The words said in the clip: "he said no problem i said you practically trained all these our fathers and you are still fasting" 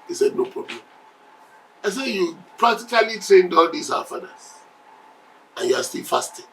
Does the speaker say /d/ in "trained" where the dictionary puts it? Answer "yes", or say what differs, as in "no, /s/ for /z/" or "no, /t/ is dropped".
yes